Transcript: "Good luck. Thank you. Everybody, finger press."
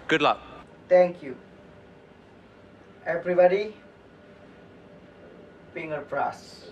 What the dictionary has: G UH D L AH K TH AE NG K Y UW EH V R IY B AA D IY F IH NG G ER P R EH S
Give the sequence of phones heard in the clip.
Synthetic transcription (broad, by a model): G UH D L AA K T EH NG K Y UW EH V R IY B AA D IY P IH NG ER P R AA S